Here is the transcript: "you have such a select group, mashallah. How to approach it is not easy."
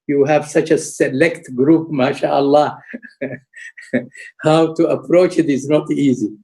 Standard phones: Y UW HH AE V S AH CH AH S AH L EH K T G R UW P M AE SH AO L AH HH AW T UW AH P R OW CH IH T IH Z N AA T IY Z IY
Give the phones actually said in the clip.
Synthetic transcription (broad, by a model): Y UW HH AE V S AH CH AH S AH L EH K T G R UW P M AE SH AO L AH HH AW T UW AH P R OW CH IH T IH Z N AA T IY Z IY